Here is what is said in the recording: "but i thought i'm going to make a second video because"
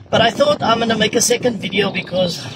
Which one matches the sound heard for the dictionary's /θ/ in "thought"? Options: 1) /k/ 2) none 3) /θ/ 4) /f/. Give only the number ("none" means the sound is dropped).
3